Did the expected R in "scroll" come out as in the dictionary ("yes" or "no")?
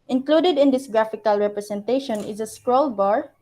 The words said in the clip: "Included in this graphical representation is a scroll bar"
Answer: yes